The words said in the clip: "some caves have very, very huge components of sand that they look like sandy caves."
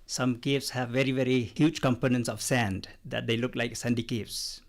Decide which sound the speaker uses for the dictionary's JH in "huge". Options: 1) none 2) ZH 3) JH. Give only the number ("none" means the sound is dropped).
3